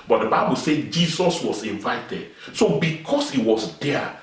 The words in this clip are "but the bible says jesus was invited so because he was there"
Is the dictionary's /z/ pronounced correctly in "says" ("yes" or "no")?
no